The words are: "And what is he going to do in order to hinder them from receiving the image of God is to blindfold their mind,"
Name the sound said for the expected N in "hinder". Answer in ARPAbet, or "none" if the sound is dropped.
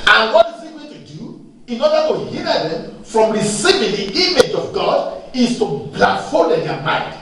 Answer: none